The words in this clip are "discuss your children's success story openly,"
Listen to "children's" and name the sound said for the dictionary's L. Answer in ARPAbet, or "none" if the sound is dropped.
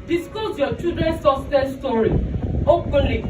none